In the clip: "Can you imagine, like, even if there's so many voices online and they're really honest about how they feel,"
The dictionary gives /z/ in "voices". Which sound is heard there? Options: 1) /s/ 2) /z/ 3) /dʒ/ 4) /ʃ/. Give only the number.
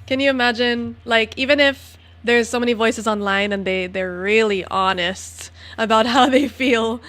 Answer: 2